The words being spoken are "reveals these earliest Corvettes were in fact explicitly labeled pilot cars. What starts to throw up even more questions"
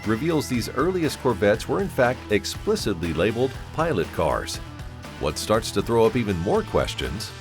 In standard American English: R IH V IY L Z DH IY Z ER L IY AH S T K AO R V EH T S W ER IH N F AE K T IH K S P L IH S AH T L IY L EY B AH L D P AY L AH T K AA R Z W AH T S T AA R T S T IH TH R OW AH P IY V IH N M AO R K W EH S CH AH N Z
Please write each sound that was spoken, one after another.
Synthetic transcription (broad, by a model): R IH V IY L Z DH IY Z ER L IY AH S T K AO R B EH T S W ER IH N F AE K T IH K S P L IH S AH T L IY L EY B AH L D P AY L AH T K AA R Z W AH T S T AA R T S T IH TH R OW AH P IY V IH N M AO R K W EH S CH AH N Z